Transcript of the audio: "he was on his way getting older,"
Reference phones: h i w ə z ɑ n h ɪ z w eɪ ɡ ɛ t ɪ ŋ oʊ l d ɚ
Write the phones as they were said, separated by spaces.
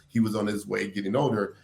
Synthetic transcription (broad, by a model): h i w ə z n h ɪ z w eɪ ɡ ɛ t ɪ ŋ oʊ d ɚ